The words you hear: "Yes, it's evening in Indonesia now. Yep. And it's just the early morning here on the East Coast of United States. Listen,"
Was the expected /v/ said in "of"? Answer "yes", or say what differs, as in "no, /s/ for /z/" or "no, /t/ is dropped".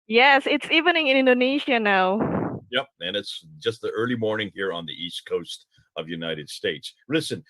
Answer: yes